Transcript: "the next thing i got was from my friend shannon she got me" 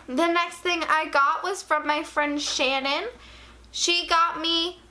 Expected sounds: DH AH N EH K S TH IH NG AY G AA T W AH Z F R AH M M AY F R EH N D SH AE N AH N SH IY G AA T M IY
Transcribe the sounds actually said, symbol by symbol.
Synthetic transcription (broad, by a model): DH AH N EH K S TH IH NG AY G AA T W AH Z F R AH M M AY F R EH N D SH AE N AH N SH IY G AA T M IY